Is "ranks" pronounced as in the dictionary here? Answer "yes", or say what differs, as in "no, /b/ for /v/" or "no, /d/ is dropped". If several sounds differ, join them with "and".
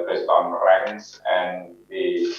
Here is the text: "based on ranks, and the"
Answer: no, /k/ is dropped